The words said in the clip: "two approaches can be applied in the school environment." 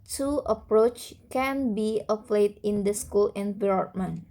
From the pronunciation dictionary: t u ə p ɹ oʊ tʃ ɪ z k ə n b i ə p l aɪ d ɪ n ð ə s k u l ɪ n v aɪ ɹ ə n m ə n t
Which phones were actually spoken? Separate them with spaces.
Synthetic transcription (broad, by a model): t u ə p ɹ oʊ tʃ k ə n b i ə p l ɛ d ɪ n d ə s k u l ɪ n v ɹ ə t m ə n